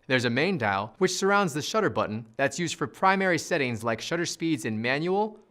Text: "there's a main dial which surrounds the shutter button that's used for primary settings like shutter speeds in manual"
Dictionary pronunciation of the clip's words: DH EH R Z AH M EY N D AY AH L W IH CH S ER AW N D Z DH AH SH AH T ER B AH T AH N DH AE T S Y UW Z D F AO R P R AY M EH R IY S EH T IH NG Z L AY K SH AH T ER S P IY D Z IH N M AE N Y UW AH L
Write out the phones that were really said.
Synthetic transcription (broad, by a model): DH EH R Z AH M EY N D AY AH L W IH CH S ER AW N D Z DH AH SH AH T ER B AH T N DH AE T S Y UW Z D F AO R P R AY M EH R IY S EH T IH NG Z L AY K SH AH T ER S P IY D Z IH N M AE N Y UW L